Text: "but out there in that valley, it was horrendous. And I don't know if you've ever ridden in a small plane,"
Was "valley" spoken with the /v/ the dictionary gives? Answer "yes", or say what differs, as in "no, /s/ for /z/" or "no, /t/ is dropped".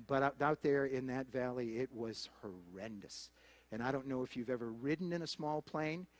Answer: yes